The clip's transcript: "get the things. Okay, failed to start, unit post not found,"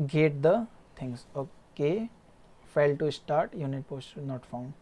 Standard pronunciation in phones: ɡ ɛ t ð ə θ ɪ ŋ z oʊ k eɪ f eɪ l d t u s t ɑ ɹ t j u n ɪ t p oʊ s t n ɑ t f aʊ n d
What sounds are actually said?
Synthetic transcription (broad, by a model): ɡ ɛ t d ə t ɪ ŋ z oʊ k eɪ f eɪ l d t u s t ɑ ɹ t j u n ɪ t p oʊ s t n ɑ t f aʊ n d